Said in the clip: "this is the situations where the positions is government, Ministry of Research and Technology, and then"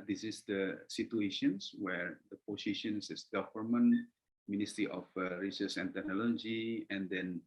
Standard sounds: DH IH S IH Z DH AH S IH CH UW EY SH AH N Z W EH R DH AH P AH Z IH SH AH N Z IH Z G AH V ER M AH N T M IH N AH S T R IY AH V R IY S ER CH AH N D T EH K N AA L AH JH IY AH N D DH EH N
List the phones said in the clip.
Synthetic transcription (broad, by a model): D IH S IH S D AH S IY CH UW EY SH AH N S W EH R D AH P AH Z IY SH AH N S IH S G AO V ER M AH N M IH N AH S T R IY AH F R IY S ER S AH N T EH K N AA L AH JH IY AH N D EH N